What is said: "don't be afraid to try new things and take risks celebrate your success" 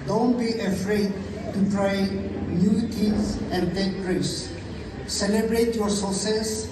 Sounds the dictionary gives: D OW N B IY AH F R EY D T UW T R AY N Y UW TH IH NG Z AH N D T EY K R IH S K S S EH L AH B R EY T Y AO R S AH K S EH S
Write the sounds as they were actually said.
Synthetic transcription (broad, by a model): D OW N B IY AH F R EY D T UW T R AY N Y UW T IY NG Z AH N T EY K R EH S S S EH L AH B R EY T Y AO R S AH S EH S